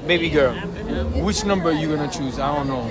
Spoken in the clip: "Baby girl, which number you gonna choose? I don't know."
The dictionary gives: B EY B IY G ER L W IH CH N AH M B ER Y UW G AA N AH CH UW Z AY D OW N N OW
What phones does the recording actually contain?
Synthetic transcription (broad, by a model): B EY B IY G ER W IH CH N AH M B ER Y UW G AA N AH CH UW Z AY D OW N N OW